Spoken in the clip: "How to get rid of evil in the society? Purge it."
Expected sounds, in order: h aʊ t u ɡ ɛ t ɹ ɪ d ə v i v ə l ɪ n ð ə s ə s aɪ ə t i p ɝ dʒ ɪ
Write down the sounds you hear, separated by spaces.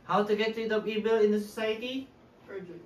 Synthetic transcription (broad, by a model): h aʊ t u ɡ ɛ t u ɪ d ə p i b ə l ɪ n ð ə s ə s aɪ ə t i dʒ